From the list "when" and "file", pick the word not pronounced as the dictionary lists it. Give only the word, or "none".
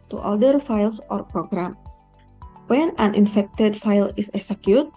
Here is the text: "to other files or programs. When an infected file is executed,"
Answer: none